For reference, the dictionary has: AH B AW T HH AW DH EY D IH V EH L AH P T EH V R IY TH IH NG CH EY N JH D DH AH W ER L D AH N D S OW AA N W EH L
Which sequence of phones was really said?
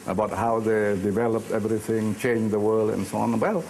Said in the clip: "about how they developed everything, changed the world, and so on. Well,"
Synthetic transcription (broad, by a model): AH B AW T HH AW DH EY D IH V EH L AH P T EH V R IY TH IH NG CH EY N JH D DH AH W ER L D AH N S OW AA N W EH L